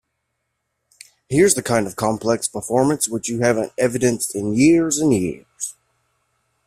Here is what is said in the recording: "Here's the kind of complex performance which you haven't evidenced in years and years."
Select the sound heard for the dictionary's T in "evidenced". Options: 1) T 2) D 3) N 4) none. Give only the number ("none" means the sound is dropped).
1